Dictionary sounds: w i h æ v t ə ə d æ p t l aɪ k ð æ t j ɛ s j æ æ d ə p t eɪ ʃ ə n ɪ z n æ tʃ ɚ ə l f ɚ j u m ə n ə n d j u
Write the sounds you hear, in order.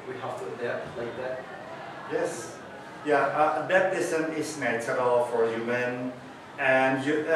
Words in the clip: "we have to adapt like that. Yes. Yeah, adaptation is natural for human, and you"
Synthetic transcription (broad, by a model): w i h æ f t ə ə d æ l aɪ k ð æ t j ɛ s j æ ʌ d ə t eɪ s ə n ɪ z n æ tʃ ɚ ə l f ɚ j u m ə n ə n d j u